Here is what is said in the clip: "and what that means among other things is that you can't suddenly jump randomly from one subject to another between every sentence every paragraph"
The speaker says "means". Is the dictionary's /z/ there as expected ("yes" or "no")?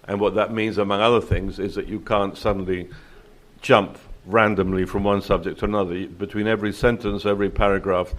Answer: yes